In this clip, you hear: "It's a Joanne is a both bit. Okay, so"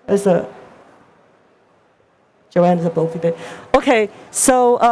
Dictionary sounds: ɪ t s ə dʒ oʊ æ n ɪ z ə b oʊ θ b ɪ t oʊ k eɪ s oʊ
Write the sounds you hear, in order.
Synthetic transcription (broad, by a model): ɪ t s ə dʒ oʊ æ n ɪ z ə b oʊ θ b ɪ oʊ k eɪ s oʊ